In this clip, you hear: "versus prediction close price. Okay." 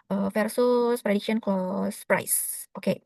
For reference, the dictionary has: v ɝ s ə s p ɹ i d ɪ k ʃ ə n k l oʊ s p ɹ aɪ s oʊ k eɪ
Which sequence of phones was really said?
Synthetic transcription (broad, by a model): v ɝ s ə s p ɹ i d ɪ k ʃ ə n k oʊ s p ɹ aɪ s oʊ k eɪ